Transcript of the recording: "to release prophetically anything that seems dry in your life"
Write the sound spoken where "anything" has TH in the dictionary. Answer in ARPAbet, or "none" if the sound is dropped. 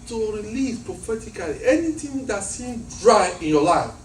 T